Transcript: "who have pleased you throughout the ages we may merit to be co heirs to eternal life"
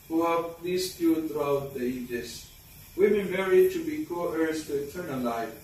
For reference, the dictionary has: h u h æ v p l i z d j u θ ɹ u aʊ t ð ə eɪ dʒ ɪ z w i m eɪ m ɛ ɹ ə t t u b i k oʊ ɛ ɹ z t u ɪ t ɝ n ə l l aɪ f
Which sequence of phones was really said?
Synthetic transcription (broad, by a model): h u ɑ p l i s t j u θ ɹ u aʊ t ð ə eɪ dʒ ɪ s w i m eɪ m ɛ ɹ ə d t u b i k oʊ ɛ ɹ s t u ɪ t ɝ n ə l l aɪ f